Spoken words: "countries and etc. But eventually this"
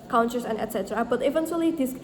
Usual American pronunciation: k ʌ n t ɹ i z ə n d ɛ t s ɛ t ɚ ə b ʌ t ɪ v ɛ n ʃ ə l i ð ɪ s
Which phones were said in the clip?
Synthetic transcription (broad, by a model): k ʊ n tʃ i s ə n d ɛ t s ɛ t ɚ ə b ʌ t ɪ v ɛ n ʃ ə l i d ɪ s